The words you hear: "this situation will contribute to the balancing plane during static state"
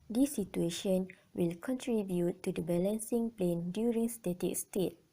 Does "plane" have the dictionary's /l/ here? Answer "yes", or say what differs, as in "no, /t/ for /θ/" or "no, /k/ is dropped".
yes